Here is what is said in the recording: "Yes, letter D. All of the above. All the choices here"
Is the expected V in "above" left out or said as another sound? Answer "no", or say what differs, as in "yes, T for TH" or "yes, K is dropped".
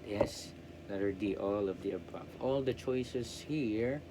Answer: yes, F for V